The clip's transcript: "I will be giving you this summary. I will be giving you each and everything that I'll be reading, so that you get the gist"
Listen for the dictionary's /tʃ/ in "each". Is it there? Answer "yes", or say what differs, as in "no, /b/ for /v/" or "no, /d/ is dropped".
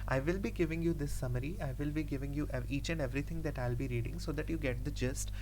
yes